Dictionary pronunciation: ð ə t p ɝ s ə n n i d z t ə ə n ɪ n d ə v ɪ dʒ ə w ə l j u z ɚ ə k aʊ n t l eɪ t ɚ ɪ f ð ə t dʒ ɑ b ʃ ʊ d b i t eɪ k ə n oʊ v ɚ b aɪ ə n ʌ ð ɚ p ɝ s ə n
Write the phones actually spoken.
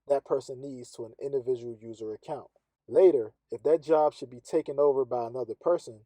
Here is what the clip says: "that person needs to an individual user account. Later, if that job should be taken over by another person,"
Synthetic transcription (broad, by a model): ð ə t p ɝ s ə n n i d z t ə ə n ɪ n d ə v ɪ dʒ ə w l j u z ɚ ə k aʊ n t l eɪ t ɚ ɪ f ð ə t dʒ ɑ b ʃ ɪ d b i t eɪ k ə n oʊ v ɚ b aɪ ə n ʌ ð ɚ p ɝ s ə n